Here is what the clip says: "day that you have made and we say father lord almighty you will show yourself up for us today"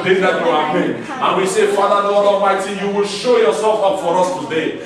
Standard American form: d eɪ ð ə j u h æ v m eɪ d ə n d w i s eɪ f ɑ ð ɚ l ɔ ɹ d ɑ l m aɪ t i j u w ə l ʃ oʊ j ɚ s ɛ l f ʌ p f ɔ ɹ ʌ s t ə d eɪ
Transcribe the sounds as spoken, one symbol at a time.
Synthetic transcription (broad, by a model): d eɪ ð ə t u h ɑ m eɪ ə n w i s eɪ f ɑ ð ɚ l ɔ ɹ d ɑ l m aɪ t i j u w ə l ʃ oʊ j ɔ s ɛ l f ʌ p f ɔ ɹ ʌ s t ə d eɪ